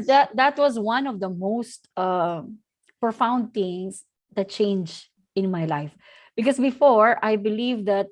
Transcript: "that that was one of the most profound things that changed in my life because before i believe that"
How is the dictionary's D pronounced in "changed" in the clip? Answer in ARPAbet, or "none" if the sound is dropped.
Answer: none